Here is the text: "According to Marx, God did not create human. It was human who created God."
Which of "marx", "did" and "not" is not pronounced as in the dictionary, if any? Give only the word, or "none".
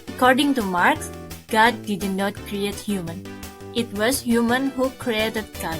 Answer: none